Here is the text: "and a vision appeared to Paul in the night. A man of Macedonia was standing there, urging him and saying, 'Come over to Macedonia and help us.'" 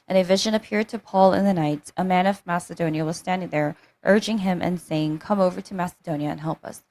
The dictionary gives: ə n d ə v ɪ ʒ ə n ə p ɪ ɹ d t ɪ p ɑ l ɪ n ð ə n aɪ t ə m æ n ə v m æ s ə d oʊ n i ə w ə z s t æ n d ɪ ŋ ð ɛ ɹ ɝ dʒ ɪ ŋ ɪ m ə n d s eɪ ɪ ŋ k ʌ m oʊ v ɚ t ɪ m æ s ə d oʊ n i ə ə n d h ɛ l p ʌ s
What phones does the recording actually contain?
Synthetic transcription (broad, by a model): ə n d ə v ɪ ʒ ə n ə p ɪ ɹ d t ɪ p ɑ l ɪ n ð ə n aɪ t ə m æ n ə v m æ s ə d oʊ n i ə w ə z s t æ n d ɪ ŋ ð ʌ ɹ ɝ dʒ ɪ ŋ ɪ m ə n s eɪ ɪ ŋ k ʌ m oʊ v ɚ t ɪ m æ s ə d oʊ n i ə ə n h ɛ l p ʌ s